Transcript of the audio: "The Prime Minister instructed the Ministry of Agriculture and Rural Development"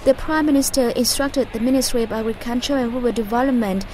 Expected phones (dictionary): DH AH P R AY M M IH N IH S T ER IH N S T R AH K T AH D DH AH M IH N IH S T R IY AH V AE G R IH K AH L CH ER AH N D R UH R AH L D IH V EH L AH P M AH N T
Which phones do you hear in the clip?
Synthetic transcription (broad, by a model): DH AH P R AY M M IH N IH S T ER IH N S T R AH K T AH D DH AH M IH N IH S T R IY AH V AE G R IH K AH N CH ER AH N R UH W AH D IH V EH L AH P M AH N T